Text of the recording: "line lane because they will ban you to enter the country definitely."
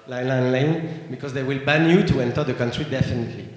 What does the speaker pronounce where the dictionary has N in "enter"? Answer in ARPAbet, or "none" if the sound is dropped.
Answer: N